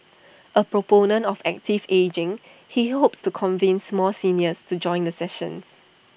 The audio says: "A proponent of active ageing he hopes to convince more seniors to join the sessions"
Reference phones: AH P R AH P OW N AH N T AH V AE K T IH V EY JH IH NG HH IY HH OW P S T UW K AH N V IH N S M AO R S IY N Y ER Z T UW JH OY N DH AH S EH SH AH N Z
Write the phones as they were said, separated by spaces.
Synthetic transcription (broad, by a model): AH P R AH P OW N AH N T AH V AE K T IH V EY JH IH NG HH IY HH OW P S T UW K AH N V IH N S M AO L S IY N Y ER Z T UW JH OY N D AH S EH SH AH N S